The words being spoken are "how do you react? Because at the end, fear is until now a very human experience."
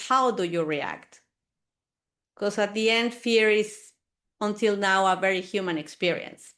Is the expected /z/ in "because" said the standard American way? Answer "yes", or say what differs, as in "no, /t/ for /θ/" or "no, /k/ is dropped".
no, /s/ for /z/